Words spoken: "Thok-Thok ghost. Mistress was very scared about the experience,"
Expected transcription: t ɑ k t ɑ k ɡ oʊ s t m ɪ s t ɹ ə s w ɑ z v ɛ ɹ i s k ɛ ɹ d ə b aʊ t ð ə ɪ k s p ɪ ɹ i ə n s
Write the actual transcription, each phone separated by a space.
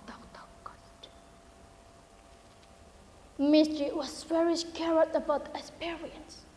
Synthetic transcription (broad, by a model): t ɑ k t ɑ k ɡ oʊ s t m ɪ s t ɹ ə w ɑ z w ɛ ɹ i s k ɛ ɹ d ə b aʊ t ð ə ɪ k s p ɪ ɹ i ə n s